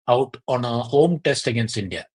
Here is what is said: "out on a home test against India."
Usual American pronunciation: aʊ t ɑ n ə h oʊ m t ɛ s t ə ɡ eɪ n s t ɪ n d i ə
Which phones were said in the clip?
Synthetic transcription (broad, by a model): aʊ t ɑ n ə h oʊ m t ɛ s t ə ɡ eɪ n s ɪ n d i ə